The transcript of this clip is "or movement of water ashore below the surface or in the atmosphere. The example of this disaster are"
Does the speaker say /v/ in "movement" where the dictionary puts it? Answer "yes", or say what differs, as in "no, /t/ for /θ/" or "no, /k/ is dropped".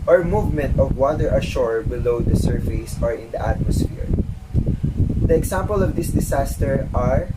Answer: yes